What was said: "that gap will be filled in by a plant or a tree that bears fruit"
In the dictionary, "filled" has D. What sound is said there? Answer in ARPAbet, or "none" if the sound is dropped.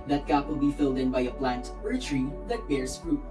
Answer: D